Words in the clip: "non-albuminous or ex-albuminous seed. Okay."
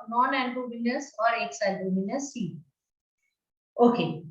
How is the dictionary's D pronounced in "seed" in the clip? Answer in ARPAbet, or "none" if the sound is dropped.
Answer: none